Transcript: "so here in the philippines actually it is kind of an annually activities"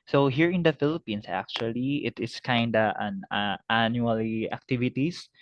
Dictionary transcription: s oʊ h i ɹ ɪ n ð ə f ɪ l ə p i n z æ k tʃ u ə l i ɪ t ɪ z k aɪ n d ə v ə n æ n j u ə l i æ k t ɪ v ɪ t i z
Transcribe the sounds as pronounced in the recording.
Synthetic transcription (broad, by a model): s oʊ h i ɹ ɪ n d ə f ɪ l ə p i n s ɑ k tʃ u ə l i ɪ t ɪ s k aɪ n d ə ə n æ n j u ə l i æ k t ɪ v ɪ t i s